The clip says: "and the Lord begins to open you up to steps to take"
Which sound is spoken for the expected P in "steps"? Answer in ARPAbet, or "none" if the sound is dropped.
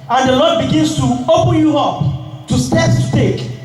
none